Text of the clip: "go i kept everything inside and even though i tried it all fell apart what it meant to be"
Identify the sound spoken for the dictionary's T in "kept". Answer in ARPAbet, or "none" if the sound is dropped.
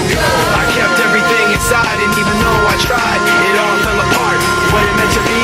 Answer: T